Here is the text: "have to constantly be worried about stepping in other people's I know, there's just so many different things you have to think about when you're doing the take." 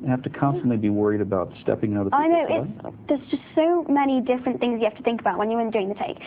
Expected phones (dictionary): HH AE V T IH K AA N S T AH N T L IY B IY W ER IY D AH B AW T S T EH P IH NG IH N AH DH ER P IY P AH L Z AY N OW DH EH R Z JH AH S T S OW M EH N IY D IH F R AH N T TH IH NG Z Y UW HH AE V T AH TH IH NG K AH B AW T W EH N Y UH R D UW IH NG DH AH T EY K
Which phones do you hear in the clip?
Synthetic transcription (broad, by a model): HH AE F T IH K AA N S T AH N T L IY B IY W ER IY D AH B AW T S T EH P IH NG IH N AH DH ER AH AY N OW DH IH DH Z JH AH S T S OW M EH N IY D IH F R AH N TH IH NG Z Y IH HH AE F T AH TH IH NG K AH B AW T W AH N Y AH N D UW IH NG DH AH T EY K